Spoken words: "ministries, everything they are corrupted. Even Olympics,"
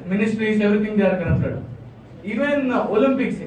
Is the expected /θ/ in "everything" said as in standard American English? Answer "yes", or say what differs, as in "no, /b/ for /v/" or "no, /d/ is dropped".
no, /t/ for /θ/